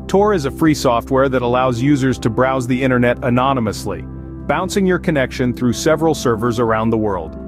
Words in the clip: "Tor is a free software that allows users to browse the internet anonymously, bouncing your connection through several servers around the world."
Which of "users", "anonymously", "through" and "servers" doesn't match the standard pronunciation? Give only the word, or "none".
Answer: none